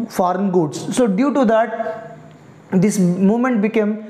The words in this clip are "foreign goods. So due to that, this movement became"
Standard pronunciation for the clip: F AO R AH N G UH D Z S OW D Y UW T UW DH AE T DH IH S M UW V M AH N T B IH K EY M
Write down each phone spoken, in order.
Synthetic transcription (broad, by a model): F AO R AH N G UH D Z S OW D Y UW T UW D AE T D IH S M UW M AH N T B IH K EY M